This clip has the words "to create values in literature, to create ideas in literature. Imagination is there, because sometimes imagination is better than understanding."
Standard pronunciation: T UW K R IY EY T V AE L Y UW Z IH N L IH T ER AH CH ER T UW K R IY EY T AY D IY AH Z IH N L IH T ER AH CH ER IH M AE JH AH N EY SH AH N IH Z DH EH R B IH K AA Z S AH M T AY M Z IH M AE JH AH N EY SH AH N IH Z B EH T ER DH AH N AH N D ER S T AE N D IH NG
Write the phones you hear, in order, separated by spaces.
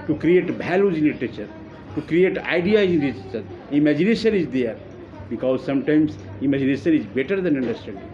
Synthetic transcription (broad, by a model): T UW K R IY EY T B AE L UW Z IH N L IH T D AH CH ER T UW K R IY EY T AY D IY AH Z IH N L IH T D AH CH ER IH M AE JH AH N EY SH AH N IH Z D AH R B IH K AA Z S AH M T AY M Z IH M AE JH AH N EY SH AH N IH Z B EH T ER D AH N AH N D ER S T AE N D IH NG